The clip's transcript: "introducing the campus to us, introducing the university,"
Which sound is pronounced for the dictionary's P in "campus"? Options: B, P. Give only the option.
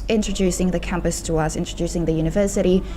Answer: P